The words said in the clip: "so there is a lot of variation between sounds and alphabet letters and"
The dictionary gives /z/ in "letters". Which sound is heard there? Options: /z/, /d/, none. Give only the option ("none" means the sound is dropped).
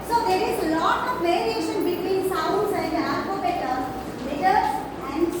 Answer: none